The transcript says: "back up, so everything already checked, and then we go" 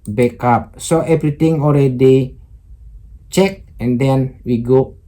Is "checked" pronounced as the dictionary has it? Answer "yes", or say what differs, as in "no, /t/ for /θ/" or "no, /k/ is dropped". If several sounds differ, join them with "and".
no, /t/ is dropped